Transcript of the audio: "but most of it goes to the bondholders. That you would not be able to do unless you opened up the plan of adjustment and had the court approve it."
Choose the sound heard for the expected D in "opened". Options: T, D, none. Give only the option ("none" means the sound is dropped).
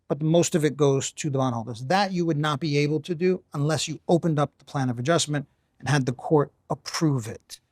D